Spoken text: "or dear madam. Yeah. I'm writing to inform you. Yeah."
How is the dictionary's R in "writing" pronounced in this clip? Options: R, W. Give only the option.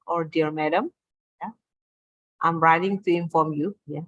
R